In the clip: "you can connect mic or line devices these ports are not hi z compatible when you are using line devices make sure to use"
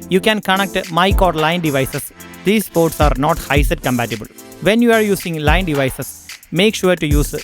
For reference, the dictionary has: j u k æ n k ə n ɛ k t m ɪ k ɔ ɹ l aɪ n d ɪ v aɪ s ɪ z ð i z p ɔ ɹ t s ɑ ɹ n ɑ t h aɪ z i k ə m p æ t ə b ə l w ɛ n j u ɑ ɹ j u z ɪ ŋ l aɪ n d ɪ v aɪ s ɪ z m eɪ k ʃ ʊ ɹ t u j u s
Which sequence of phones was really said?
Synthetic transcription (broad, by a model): j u k æ n k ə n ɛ k t m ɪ k ɔ ɹ l aɪ n d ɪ v aɪ s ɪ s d i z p ɔ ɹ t s ɑ ɹ n ɑ t h aɪ s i k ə m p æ t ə b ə l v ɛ n j u ɑ ɹ j u s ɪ ŋ l aɪ n d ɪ v aɪ s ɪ s m eɪ k ʃ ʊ ɹ t u j u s